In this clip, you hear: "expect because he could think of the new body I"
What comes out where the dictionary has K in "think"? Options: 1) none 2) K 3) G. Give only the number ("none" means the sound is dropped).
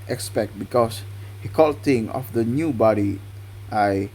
1